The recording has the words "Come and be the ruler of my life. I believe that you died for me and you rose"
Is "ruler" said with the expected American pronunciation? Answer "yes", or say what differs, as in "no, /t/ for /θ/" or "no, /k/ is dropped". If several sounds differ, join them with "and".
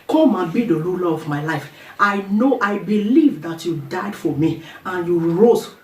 no, /l/ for /ɹ/